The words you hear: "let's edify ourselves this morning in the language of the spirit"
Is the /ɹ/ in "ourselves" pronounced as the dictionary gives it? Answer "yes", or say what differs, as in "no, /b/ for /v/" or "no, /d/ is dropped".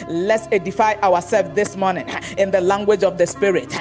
no, /w/ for /ɹ/